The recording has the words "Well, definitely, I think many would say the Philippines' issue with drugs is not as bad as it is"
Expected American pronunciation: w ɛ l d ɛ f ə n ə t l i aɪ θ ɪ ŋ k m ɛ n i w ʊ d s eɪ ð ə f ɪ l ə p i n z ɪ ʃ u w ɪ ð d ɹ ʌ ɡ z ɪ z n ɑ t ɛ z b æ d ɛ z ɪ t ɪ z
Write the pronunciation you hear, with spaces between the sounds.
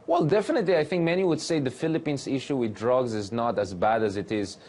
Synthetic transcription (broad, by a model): w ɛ l d ɛ f ə n ə t l i aɪ θ ɪ ŋ k m ɛ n i w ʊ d s eɪ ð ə f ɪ l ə p i n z ɪ ʃ u w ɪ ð d ɹ ʌ ɡ z ɪ z n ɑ t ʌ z b æ d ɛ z ɪ t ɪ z